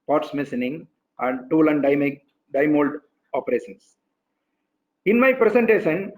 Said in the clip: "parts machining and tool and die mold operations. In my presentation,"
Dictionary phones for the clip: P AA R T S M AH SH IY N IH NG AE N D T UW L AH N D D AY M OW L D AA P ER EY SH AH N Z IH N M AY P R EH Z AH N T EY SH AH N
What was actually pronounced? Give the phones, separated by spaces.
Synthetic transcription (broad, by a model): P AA R T S M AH S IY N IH NG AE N D T UW L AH N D D AY M OW L D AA P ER EY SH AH N S IH N M AY P R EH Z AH N T EY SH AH N